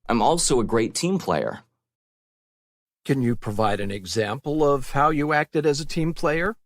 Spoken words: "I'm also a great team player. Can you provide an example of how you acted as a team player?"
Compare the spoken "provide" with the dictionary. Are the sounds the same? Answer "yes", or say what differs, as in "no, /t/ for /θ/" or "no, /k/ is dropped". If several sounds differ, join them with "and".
yes